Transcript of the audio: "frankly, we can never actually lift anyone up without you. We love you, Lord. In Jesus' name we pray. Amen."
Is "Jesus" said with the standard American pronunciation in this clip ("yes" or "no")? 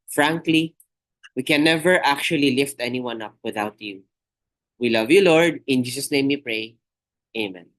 no